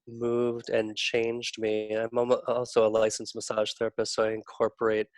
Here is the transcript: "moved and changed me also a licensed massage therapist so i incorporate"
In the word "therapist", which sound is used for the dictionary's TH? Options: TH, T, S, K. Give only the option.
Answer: TH